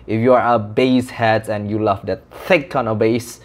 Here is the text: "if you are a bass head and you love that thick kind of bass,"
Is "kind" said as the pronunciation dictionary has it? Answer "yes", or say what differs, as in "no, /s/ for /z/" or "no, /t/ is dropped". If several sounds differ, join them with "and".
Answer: no, /d/ is dropped